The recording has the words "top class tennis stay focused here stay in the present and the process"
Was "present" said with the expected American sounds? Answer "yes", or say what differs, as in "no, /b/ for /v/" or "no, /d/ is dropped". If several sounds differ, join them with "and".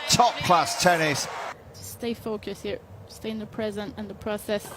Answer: yes